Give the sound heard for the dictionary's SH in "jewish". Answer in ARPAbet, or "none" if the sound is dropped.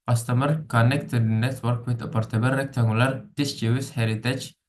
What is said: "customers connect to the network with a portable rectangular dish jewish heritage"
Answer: S